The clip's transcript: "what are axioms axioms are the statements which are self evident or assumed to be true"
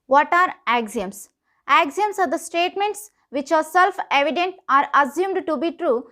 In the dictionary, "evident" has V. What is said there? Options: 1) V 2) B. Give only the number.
1